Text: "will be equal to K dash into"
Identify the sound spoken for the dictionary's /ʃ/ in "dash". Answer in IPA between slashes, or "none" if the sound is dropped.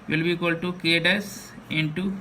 /s/